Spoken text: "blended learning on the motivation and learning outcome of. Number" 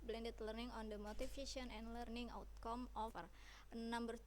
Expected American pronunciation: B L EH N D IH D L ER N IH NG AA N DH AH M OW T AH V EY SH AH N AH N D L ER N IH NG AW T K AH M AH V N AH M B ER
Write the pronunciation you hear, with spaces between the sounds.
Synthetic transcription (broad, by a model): B L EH N D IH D L ER N IH NG AA N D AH M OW T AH F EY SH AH N AH N D L ER N IH NG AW T K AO M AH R N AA M B ER